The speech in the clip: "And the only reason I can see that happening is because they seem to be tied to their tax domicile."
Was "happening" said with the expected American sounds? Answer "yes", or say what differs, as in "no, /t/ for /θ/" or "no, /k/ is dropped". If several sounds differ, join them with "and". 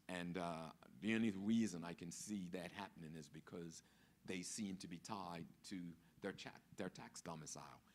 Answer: yes